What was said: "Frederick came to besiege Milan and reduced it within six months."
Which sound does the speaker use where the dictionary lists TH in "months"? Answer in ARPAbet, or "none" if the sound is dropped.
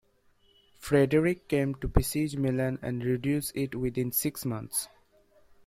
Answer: T